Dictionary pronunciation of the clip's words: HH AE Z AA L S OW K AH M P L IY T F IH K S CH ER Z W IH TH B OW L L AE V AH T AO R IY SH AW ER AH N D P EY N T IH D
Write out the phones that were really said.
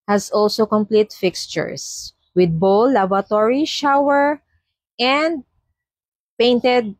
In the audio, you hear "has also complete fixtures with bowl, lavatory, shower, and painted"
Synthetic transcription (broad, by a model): HH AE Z AA L S OW K AH M P L IY T F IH K S CH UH S W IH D B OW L L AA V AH T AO R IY SH AW ER AH N D P EY N T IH D